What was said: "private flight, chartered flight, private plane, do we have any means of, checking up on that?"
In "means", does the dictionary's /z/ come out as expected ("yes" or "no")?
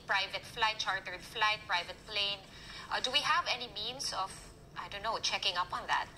no